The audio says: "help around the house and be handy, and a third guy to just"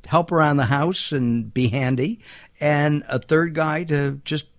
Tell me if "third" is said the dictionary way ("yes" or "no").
yes